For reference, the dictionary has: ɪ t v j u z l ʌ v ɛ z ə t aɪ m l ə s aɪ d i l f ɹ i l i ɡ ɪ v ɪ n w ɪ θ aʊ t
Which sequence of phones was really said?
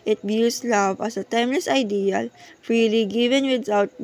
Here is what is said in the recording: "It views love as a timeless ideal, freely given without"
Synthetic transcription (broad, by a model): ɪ t b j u s l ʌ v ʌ s ə t aɪ m l ə s aɪ d i l f ɹ i l i ɡ ɪ v ɪ n w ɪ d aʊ t